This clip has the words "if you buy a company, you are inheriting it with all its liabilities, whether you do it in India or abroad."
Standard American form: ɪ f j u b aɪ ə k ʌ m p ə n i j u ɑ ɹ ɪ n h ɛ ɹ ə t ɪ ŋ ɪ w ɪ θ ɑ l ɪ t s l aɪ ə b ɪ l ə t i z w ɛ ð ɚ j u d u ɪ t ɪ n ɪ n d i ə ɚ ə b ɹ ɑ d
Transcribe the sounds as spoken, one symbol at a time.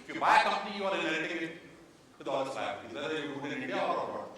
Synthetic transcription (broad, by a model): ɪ f j u b aɪ ə k ʌ m p ə n i j u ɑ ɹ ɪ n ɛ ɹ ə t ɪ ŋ ɪ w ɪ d ɑ l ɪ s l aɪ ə ɪ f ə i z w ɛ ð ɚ j u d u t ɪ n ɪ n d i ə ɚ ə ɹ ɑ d